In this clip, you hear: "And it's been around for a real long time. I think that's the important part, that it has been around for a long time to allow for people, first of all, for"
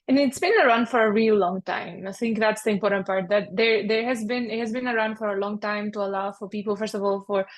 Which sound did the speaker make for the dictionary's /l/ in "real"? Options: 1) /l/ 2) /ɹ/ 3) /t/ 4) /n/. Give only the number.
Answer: 1